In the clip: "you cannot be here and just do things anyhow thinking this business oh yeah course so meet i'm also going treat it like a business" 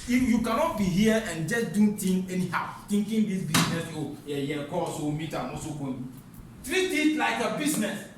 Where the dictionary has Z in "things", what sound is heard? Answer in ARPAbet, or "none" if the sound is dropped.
none